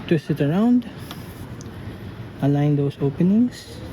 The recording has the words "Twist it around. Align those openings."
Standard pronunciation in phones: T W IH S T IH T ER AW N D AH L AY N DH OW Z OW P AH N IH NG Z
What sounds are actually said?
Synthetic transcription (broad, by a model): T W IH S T IH T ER AW N D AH L AY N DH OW S OW P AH N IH NG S